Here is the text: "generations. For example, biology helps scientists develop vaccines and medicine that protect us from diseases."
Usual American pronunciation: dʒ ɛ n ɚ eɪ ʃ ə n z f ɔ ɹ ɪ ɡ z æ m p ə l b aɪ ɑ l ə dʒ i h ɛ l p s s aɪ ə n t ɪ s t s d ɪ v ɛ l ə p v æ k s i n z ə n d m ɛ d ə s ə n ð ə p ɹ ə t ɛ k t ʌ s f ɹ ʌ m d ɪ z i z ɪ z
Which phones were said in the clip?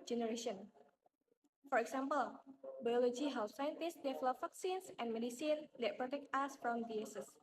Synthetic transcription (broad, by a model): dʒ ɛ n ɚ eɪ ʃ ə n f ɔ ɹ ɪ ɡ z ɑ m p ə l b aɪ ɑ l ə dʒ i h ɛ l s s aɪ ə n t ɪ s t d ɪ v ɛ l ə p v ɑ k s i n s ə n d m ɛ d ə s ə n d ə p ɹ ə t ɛ k t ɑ s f ɹ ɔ m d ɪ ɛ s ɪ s